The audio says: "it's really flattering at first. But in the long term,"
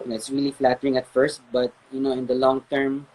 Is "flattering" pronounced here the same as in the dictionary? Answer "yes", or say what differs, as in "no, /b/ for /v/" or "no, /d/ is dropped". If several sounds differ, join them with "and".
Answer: yes